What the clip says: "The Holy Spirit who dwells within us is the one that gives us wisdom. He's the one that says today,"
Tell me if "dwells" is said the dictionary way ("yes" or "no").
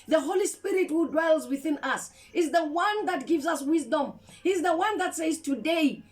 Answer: yes